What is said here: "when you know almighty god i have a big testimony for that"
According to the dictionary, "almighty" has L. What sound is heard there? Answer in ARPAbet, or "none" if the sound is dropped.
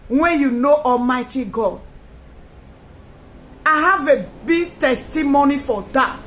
L